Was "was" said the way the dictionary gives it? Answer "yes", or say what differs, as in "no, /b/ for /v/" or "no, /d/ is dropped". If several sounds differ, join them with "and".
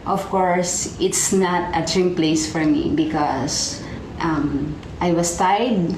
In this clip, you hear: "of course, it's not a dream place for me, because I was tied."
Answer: no, /s/ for /z/